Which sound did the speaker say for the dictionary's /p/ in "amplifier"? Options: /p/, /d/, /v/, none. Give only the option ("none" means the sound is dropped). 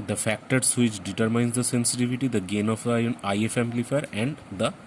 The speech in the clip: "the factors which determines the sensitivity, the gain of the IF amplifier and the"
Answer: none